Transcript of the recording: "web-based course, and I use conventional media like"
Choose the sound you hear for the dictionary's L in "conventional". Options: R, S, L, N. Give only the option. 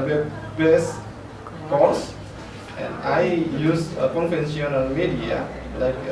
N